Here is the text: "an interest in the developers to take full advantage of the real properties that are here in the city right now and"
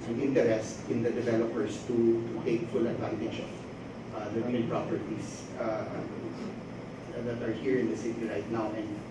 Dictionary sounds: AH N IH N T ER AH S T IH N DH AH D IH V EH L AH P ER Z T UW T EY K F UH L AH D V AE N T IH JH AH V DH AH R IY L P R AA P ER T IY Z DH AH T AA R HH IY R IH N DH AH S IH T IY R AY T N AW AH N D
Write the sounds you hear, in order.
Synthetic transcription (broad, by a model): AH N IH N T ER AH S T IH N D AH D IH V EH L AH P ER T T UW T EY K F UH L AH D V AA N T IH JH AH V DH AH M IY N P R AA P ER T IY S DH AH T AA R HH IY R IH N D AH S IH T IY R AY T N AW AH N D